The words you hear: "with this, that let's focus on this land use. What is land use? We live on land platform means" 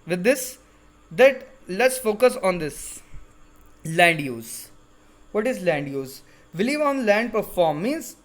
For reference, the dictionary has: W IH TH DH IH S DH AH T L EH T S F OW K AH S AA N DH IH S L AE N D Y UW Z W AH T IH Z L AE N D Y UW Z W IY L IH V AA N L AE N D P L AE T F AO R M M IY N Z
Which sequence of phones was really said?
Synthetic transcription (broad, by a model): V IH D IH S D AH T L EH T S F OW K AH S AA N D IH S L AE N D Y UW Z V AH T IH Z L AE N D Y UW Z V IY L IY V AA N L AE N D P AH T F AO R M M IY N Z